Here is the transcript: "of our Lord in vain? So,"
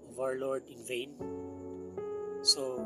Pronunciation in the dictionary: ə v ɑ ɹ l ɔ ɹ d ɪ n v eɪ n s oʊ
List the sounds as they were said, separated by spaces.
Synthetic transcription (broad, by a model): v ɑ ɹ l ɔ ɹ d ɪ n v eɪ n s oʊ